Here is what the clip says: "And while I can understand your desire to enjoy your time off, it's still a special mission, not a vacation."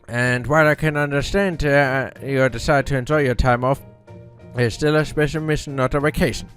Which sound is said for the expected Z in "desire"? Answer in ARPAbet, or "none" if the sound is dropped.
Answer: S